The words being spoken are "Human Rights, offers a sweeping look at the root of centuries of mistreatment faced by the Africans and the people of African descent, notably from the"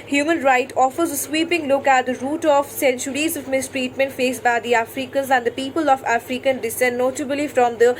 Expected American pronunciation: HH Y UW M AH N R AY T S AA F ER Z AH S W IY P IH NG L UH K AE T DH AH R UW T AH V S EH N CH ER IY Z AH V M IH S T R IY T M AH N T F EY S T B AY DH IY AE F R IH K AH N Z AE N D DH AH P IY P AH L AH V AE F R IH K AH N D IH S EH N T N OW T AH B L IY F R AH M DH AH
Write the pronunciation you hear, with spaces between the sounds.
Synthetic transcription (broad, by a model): HH Y UW M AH N R AY T AA F ER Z AH S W IY P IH NG L UH K AE T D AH R UW T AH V S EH N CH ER IY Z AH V M IH S T R IY T M AH N T F EY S B AY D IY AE F R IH K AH N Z AE N D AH P IY P AH L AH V AE F R IH K AH N D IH S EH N N OW T AH B L IY F R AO M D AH